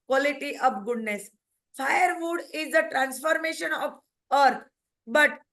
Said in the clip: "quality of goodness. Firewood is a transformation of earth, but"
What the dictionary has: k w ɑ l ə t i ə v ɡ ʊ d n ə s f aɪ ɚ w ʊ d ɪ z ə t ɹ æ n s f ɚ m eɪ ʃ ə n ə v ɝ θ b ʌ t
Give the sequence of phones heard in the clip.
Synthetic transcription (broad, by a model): k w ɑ l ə t i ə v ɡ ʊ d n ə s f aɪ ɚ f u d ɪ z ə t ɹ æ n s f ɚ m eɪ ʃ ə n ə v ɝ t b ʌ t